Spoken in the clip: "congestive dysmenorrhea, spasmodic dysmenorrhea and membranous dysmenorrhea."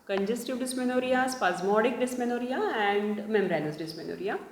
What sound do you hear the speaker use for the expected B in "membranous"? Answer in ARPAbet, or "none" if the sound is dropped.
none